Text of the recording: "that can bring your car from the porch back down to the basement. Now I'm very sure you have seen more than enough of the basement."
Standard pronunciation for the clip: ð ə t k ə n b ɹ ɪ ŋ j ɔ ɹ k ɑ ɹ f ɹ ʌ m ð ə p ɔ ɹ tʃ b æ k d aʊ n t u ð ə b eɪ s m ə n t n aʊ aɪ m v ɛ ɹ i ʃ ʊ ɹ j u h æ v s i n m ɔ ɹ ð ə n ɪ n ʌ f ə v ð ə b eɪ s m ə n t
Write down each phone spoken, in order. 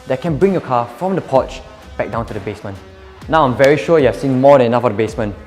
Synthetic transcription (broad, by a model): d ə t k ə n b ɹ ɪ ŋ j ɔ k ɑ f ɹ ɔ m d ə p ɔ tʃ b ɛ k d aʊ n t u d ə b eɪ s m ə n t n aʊ aɪ m v ɛ ɹ i ʃ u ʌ j u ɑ s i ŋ m ɔ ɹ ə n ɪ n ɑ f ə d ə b eɪ s m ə n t